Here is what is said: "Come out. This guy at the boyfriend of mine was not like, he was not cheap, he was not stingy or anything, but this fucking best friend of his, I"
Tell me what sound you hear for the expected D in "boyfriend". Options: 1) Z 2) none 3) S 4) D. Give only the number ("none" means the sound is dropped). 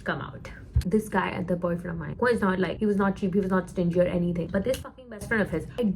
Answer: 2